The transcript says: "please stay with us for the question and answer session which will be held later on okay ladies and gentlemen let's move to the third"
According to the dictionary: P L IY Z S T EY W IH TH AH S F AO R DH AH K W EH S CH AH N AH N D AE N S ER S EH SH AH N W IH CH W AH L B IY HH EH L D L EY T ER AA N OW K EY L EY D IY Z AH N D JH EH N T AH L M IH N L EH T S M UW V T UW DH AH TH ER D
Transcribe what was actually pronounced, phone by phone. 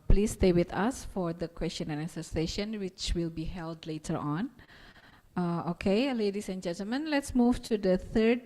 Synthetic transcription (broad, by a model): P L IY S T EY W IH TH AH S F AO R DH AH K W EH S CH AH N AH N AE S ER S EH SH AH N W IH CH W AH L B IY HH EH L D L EY T ER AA N OW K EY L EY D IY S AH N JH EH N T AH L M IH N L EH T S M UW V T UW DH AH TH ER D